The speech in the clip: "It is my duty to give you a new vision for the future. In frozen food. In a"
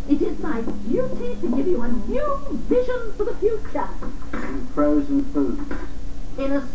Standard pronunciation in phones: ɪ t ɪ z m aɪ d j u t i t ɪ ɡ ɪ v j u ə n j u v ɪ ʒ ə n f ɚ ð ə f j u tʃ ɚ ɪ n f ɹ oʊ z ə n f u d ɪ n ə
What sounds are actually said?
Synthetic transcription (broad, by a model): ɪ t ɪ z m aɪ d j u t i t ɪ ɡ ɪ v j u ə n j u v ɪ ʒ ə n f ɚ ð ə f j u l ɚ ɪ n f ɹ oʊ z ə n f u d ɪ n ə